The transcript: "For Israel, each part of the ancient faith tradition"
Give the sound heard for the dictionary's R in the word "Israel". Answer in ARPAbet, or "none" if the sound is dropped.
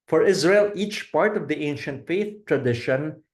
R